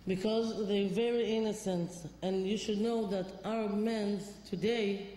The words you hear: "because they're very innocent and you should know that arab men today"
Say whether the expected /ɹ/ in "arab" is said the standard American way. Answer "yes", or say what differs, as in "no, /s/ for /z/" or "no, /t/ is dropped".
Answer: no, /ɹ/ is dropped